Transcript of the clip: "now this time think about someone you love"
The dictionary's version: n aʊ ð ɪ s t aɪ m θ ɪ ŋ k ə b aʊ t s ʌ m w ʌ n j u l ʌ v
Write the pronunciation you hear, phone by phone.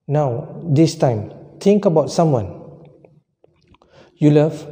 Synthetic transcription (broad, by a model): n aʊ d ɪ s t aɪ m t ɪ ŋ k ə b aʊ t s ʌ m w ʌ n j u l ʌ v